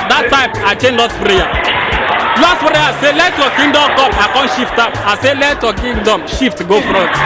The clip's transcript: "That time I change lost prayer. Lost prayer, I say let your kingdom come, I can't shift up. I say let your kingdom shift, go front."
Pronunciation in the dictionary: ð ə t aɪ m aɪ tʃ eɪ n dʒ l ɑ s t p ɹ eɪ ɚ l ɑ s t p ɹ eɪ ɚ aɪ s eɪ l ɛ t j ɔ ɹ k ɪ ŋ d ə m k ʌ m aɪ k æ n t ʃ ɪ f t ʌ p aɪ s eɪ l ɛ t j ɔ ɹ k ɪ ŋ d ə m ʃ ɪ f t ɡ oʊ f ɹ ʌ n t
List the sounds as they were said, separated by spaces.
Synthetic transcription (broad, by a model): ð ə t aɪ m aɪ tʃ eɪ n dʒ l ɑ t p ɹ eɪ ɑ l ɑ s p ɹ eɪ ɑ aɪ s eɪ l ɛ t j ɔ k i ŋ d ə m k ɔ m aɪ k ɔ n ʃ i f t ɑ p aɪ s eɪ l ɛ t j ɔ k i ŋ d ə m ʃ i f t ɡ oʊ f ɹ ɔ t